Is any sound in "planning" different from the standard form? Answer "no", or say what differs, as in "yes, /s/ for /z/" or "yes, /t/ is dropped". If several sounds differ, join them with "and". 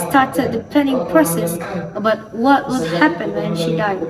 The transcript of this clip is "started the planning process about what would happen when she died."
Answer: yes, /l/ is dropped